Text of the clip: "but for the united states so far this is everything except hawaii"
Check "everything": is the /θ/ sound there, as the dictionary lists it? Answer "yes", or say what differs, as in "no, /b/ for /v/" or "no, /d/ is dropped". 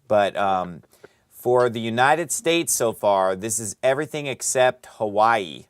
yes